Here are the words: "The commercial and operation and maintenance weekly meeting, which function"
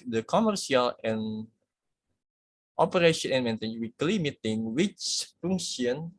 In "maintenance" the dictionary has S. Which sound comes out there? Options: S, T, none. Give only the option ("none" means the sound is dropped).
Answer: none